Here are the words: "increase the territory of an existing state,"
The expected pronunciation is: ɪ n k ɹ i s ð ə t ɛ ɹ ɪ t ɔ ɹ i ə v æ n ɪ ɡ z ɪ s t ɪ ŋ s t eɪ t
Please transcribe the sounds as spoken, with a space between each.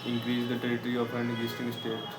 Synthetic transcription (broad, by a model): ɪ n k ɹ i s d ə t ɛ ɹ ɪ t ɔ ɹ i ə p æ n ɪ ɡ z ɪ s t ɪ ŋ s t eɪ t